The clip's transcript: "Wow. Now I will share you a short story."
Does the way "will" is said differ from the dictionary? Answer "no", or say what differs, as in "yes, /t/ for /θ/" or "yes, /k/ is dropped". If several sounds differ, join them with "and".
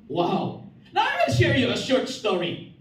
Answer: yes, /n/ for /l/